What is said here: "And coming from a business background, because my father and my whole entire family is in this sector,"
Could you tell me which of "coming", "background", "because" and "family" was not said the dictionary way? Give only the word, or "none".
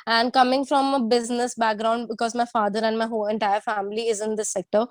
none